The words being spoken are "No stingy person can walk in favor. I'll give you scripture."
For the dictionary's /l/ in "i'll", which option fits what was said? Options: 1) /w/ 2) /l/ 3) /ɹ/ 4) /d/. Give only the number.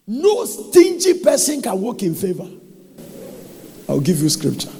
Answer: 1